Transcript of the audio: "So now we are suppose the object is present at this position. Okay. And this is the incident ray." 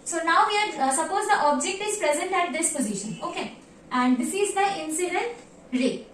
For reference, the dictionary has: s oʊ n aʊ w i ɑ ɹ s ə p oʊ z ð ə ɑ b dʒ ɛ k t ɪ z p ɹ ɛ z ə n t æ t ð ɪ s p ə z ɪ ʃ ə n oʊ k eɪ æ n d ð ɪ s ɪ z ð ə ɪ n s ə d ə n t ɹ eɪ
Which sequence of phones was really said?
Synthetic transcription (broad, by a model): s oʊ n aʊ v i ɑ ɹ s ə p oʊ z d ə ɑ b dʒ ɛ k t ɪ z p ɹ ɛ z ə n t æ t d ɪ s p ə z ɪ ʃ ə n oʊ k eɪ æ n d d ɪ s ɪ z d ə ɪ n s ə d ə n t ɹ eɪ